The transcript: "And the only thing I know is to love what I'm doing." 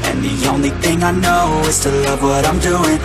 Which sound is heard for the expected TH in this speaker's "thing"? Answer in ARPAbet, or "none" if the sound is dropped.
TH